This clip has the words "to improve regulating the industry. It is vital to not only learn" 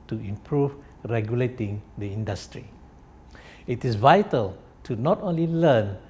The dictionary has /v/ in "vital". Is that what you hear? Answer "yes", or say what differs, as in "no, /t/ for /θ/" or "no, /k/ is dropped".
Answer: yes